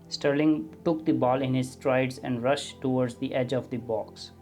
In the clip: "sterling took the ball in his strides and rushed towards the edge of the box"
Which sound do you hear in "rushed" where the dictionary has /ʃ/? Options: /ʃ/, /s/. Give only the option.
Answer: /ʃ/